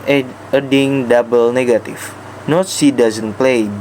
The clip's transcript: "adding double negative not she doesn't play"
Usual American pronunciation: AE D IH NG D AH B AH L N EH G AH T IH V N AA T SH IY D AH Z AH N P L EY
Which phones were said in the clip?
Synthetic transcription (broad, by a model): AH D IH NG D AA B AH L N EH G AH T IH F N AA T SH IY D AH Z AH N P L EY